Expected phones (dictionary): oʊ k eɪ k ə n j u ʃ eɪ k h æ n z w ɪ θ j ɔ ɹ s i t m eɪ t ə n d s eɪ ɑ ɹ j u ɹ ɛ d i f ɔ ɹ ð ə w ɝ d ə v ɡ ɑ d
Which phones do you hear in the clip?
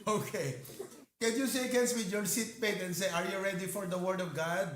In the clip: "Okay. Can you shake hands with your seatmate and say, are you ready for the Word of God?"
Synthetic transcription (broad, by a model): oʊ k eɪ k ə n j u s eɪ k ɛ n s w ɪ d j ɔ ɹ s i t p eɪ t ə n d s eɪ ɑ ɹ j u ɹ ɛ d i f ɔ ɹ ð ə w ɝ d ə v ɡ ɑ d